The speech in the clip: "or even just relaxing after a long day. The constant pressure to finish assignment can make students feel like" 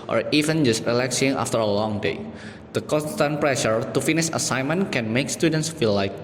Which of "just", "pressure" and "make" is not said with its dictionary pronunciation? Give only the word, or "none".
none